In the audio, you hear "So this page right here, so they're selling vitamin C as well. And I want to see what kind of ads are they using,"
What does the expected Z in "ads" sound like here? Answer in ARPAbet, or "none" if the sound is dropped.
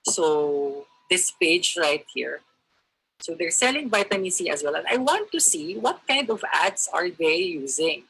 S